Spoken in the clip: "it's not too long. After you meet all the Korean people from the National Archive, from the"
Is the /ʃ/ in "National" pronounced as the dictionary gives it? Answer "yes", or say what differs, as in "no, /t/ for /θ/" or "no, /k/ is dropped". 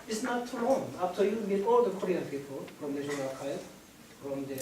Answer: no, /ʃ/ is dropped